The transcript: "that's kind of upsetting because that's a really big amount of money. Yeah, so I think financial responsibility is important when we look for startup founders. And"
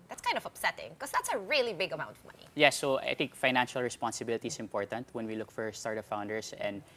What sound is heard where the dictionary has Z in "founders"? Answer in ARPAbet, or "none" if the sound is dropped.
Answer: S